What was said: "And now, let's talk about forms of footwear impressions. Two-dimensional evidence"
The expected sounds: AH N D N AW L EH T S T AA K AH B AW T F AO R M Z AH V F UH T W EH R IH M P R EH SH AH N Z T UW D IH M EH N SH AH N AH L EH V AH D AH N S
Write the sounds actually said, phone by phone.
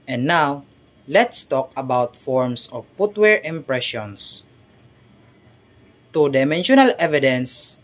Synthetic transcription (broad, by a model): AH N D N AW L EH T S T AA K AH B AW T F AO R M S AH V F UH T W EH R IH M P R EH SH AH N S T UW D IH M EH N SH AH N AH L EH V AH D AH N S